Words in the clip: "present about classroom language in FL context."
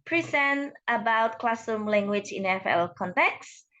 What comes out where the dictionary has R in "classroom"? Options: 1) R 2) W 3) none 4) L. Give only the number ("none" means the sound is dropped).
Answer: 3